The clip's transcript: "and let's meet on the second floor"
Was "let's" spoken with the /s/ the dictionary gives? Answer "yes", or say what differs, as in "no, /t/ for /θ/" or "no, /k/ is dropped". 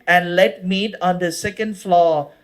no, /s/ is dropped